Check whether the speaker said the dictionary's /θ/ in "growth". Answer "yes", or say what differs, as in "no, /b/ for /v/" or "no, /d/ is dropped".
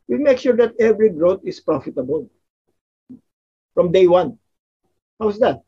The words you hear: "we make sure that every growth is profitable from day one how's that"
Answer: no, /t/ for /θ/